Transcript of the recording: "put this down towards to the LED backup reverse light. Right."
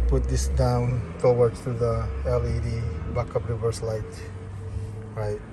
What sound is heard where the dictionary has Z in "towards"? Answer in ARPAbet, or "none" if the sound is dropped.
none